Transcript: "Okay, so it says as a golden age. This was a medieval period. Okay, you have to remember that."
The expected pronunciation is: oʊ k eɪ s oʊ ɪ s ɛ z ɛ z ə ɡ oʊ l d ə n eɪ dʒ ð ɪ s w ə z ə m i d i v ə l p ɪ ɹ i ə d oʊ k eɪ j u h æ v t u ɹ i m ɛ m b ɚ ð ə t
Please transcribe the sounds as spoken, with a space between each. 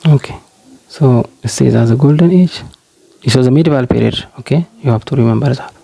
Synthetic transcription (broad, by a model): oʊ k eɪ s oʊ ɪ s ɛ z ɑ z ə ɡ oʊ l d ə n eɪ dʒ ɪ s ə z ə m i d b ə l p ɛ ɹ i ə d oʊ k eɪ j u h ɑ b t u ɹ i m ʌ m b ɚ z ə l